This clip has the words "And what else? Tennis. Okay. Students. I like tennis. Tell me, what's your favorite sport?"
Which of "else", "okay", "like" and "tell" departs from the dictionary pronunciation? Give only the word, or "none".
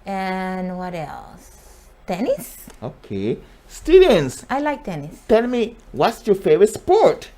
none